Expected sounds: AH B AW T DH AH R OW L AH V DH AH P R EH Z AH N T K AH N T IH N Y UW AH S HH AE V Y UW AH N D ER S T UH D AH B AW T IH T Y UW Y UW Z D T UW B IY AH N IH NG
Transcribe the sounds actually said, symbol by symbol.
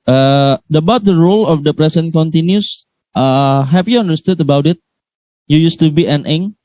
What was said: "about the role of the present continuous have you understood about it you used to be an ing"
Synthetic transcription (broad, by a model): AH B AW T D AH R OW L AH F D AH P R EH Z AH N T K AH N T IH N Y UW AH HH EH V Y UW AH N D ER S T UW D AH B AW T IH T Y UW Y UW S T UW B IY AH N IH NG